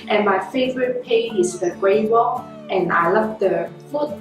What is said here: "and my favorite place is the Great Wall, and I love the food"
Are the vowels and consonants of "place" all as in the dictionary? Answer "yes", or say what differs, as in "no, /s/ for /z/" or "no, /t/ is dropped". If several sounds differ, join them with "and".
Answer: no, /l/ is dropped and /s/ is dropped